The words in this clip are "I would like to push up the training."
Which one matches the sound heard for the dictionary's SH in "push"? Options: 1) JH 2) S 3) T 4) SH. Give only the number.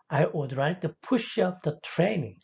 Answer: 4